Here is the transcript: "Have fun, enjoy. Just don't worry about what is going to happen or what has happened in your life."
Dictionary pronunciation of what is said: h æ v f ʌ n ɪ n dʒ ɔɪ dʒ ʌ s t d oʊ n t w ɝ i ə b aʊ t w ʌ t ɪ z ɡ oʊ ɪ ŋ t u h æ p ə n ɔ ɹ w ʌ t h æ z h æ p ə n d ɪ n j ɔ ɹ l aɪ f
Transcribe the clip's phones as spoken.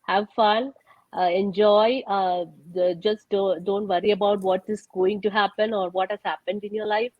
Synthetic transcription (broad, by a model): h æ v f ʌ n ɪ n dʒ ɔɪ dʒ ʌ s t d oʊ n t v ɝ i ə b aʊ t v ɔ t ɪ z ɡ oʊ ɪ ŋ t u h æ p ə n ɔ ɹ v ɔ t h æ z h æ p ə n d ɪ n j ɔ ɹ l aɪ f